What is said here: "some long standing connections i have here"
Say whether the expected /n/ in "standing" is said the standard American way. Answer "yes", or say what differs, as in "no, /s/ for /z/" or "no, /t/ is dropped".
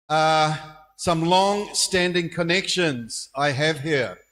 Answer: yes